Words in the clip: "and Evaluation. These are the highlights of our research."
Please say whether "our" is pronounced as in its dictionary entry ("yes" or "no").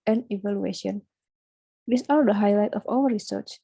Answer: no